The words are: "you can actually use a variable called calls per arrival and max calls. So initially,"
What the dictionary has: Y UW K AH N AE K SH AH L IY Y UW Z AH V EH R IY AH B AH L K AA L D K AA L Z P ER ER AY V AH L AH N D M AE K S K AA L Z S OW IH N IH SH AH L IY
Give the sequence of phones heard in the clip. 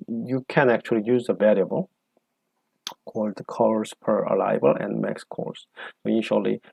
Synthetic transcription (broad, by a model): Y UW K AH N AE K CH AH L IY Y UW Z AH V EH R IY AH B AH L K AA L D K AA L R P ER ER AY B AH L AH N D M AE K S K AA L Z S OW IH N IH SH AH L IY